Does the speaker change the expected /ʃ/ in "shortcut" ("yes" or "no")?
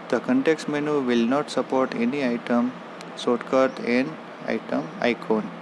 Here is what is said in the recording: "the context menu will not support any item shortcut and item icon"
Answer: yes